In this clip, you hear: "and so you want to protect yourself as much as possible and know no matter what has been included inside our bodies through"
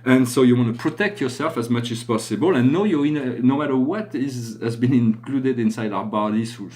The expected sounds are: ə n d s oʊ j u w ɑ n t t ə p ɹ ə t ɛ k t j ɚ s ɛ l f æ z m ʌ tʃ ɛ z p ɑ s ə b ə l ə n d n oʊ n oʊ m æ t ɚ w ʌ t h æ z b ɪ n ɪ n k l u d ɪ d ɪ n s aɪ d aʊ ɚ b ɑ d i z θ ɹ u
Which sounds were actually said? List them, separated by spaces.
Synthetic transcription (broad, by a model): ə n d s oʊ j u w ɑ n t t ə p ɹ ə t ɛ k t j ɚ s ɛ l f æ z m ʌ tʃ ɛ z p ɑ s ə b ə l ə n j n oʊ n oʊ m æ t ɚ w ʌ t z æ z b ɪ n ɪ n k l u d ɪ d ɪ n s aɪ d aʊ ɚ b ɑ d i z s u